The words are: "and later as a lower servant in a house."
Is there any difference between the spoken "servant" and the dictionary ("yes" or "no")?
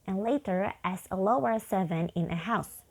yes